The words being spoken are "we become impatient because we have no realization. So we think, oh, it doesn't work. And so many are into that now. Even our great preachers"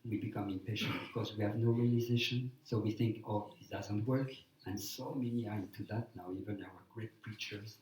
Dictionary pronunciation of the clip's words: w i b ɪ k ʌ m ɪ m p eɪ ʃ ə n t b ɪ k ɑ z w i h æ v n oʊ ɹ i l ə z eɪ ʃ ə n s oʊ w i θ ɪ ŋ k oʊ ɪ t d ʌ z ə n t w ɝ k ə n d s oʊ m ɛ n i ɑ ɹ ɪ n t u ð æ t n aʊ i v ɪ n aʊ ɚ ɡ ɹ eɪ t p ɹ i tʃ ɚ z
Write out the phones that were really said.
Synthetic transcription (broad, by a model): w i b ɪ k ʌ m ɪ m p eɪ ʃ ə n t b ɪ k ɑ z w i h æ v n oʊ ɹ i l ə z eɪ ʃ ə n s oʊ w i θ ɪ ŋ k oʊ ɪ t d ʌ z ə n t w ɝ k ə n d s oʊ m ɛ n i ɑ ɹ ɪ n t u ð æ t n aʊ i v ɪ n aʊ ɚ ɡ ɹ eɪ t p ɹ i tʃ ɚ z